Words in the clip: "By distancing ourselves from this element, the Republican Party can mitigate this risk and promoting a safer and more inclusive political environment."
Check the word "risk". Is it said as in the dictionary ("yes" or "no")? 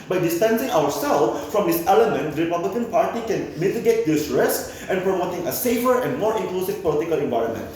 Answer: no